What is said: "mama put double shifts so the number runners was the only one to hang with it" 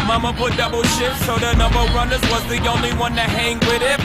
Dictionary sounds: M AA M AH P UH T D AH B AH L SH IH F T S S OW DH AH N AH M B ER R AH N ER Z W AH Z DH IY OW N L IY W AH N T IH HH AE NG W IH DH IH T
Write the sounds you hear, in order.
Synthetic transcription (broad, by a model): M AA M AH P UH T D AH B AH L SH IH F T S S OW DH AH N AH M B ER R AH N ER Z W AH Z DH IY OW N L IY W AH N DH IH HH AE NG W IH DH IH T